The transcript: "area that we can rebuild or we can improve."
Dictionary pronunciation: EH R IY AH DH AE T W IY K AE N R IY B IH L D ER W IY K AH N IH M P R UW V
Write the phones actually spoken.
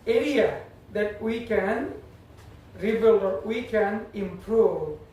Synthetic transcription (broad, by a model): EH R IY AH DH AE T W IY K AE N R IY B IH L ER W IY K AH N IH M P R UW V